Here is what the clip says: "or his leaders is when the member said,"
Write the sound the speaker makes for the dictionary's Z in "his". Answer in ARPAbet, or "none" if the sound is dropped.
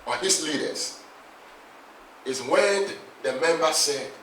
S